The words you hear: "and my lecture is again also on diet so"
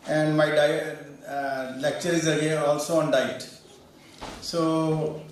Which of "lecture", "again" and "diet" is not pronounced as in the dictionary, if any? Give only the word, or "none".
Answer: again